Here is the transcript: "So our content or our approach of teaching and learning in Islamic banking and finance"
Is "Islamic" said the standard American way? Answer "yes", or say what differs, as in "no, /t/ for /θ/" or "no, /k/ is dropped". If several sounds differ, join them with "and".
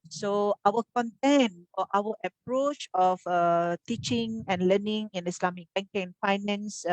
no, /s/ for /z/